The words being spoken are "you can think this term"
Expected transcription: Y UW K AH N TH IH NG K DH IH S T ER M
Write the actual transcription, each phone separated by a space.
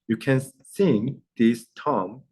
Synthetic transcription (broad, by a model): Y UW K AH N S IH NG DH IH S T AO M